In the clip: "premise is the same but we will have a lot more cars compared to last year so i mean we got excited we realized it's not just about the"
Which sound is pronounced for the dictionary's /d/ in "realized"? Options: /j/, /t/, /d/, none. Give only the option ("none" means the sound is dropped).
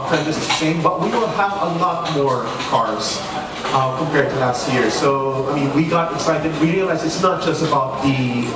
none